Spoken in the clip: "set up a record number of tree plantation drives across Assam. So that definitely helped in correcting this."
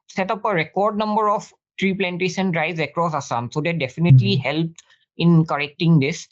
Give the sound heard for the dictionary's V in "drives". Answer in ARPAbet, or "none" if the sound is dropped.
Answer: none